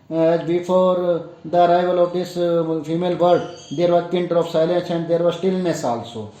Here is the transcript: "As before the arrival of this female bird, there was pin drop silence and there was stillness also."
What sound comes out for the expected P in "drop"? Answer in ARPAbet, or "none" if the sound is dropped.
F